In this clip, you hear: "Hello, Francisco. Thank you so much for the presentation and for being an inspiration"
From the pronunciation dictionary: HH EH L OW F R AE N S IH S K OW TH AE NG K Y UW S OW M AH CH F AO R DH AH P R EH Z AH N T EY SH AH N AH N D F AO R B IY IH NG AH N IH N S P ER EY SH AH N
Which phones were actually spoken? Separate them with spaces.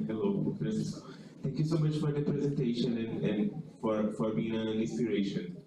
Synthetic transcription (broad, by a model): HH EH L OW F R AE S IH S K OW T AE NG K Y UW S OW M AH CH F AO R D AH P R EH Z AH N T EY SH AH N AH N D F AO R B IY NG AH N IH N S P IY EY SH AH N